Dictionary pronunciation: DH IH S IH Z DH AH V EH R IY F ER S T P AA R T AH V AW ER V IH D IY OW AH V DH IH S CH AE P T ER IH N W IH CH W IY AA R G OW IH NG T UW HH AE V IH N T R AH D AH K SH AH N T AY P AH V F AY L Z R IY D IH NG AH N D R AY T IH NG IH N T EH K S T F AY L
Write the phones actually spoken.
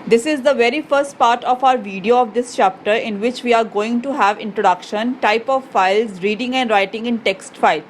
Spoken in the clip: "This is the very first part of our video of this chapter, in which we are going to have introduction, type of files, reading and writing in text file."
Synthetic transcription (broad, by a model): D IH S IH Z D AH V EH R IY F ER S T P AA R T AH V AW ER V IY D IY OW AH V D IH S CH AE P T ER IH N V IH CH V IY AA R G OW IH NG T UW HH AE V IH N T R AH D AH K SH AH N T AY P AH V F AY L Z R IY D IH NG AH N D R AY T IH NG IH N T EH K S T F AY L